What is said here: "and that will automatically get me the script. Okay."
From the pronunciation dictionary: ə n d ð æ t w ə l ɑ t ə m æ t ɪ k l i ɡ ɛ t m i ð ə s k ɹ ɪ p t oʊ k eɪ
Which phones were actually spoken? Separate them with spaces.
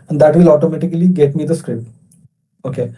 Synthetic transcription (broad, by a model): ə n d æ t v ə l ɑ t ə m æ t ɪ k l i ɡ ɛ t m i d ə s k ɹ ɪ p t oʊ k eɪ